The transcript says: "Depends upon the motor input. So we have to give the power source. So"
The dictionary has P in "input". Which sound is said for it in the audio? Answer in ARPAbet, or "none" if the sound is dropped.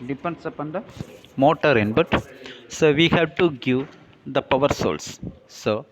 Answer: B